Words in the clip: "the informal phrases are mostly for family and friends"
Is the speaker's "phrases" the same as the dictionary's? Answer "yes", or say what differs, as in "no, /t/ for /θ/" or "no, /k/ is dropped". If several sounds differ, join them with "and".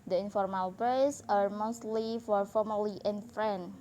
no, /p/ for /f/ and /s/ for /z/